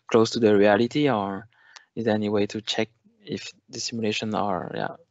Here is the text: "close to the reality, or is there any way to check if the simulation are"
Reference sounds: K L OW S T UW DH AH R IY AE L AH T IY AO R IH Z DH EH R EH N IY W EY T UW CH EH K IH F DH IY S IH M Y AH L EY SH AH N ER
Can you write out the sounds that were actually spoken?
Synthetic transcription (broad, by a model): K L OW S T UW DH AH R IY AE L AH T IY AO R IH Z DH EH R EH N IY W EY T UW CH EH K IH F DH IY S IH M Y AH L EY SH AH N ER